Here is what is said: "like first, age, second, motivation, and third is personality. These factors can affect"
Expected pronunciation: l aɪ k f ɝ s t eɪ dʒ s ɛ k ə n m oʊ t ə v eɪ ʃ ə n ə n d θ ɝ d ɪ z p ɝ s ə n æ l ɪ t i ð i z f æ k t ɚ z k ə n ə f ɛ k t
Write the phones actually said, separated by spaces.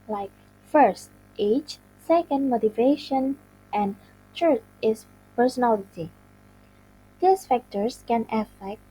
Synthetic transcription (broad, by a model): l aɪ k f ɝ s t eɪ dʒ s ɛ k ə n m oʊ t ə v eɪ ʃ ə n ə n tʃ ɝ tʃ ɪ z p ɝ s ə n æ l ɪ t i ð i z f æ k t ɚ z k ə n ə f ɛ k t